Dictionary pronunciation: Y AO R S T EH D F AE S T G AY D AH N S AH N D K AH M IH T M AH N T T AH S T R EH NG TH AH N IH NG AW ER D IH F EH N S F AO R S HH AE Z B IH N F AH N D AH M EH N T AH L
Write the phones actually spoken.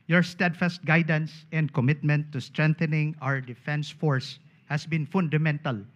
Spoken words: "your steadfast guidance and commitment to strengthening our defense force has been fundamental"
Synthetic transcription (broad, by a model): Y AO R S T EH D F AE S T G AY D AH N S AH N D K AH M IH T M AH N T T AH S T R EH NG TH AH N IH NG AW ER D IH F EH N S F AO R S HH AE S B IH N F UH N D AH M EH N T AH L